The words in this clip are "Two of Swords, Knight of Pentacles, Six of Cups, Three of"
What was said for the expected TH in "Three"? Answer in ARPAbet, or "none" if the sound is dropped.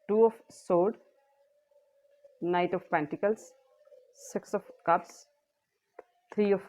T